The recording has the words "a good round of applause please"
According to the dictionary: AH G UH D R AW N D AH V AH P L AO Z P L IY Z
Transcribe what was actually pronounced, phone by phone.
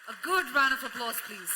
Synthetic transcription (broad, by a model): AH G UH D R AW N AH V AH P L AO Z P L IY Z